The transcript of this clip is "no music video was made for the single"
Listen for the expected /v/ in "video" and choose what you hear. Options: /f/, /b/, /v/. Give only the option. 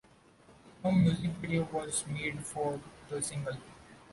/b/